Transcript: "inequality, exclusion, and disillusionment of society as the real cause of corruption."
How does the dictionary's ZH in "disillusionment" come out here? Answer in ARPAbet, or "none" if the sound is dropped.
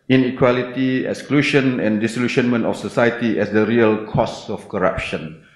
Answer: SH